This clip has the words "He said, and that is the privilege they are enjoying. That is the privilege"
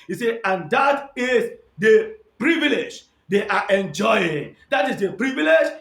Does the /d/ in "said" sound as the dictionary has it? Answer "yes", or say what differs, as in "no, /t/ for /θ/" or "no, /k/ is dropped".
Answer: no, /d/ is dropped